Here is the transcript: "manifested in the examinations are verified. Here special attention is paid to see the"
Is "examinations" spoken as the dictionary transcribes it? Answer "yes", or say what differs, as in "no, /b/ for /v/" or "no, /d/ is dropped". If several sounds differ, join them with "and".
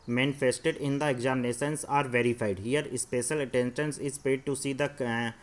no, /s/ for /ʃ/ and /s/ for /z/